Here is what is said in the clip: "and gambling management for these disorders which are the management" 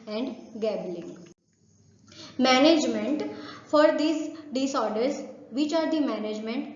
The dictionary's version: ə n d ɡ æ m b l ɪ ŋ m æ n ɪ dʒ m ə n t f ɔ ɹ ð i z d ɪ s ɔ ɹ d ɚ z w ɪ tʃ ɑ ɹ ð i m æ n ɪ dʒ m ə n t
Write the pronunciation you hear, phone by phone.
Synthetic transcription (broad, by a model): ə n d ɡ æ b l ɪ ŋ m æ n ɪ dʒ m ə n t f ɔ ɹ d i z d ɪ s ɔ ɹ d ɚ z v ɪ tʃ ɑ ɹ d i m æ n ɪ dʒ m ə n t